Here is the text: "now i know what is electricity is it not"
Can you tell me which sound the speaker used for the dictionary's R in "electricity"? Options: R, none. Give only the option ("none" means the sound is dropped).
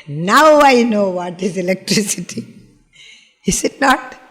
R